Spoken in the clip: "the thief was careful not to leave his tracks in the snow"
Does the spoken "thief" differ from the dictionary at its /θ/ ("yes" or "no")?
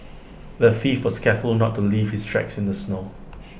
yes